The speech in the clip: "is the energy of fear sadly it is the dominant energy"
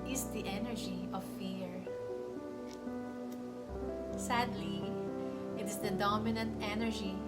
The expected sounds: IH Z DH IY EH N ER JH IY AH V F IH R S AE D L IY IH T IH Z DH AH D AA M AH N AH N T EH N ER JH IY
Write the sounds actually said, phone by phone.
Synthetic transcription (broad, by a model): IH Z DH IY EH N ER JH IY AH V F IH R S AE D L IY IH T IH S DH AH D AA M AH N AH N T EH N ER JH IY